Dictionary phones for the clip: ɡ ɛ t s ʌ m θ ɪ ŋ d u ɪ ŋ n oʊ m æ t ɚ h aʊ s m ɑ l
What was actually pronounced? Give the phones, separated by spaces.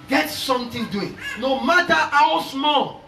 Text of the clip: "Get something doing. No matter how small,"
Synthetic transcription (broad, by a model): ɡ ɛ t s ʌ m t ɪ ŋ d u ɪ ŋ n oʊ m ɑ t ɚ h aʊ s m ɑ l